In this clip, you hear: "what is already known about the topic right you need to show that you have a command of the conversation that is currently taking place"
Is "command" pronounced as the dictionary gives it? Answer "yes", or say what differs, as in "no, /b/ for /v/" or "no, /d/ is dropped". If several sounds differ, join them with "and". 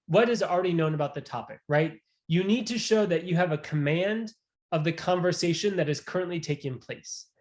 yes